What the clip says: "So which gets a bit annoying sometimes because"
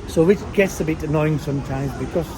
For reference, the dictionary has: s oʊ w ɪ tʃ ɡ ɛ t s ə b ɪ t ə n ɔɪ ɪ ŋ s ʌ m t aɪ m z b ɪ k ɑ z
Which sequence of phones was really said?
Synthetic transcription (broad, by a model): s oʊ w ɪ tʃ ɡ ɛ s ə b ɪ t ə n ɔɪ ɪ ŋ s ʌ m t aɪ m z b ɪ k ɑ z